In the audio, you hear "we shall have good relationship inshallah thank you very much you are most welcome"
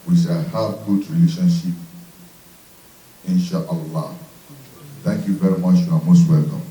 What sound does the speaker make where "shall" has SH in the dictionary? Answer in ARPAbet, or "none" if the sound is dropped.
S